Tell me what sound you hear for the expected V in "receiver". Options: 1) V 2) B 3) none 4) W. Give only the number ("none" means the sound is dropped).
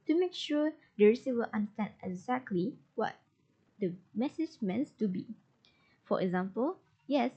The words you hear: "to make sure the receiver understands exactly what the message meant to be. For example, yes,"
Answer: 4